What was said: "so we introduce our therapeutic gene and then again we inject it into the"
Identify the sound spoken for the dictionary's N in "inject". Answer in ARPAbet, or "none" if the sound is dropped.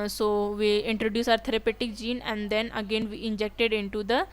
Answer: N